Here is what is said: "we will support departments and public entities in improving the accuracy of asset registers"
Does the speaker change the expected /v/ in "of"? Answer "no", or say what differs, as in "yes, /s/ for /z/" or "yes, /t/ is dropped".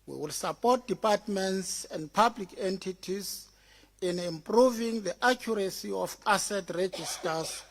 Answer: yes, /f/ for /v/